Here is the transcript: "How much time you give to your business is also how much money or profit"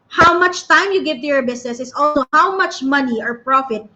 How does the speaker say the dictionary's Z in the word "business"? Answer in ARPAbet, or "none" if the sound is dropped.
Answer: S